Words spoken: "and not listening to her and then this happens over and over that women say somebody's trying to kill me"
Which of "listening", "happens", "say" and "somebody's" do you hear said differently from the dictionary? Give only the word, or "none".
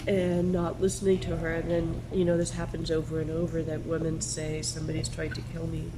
none